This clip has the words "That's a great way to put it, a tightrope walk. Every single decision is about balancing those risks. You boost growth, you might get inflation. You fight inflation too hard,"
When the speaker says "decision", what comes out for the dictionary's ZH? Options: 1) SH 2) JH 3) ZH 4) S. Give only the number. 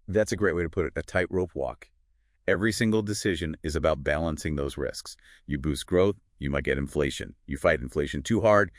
3